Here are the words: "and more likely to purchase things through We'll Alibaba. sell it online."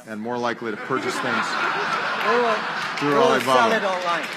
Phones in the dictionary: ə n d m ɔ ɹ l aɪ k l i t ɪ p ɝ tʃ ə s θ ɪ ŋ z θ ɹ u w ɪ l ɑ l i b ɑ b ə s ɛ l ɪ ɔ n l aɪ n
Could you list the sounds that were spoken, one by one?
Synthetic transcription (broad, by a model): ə n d m ɔ ɹ l aɪ k l i t ɪ p ɝ tʃ ə s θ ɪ ŋ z θ ɹ u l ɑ i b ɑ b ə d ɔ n l aɪ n